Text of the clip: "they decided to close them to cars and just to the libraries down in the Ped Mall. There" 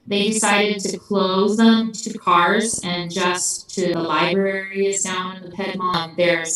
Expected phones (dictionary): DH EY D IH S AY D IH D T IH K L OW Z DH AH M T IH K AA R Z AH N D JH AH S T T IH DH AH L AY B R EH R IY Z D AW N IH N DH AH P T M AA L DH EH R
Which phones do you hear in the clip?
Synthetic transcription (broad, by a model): DH EY D IH S AY D IH D T IH K L OW Z DH AH M T IH K AA R Z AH N JH AH S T T IH DH AH L AY B R EH R IY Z D AW N IH N DH AH P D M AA N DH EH R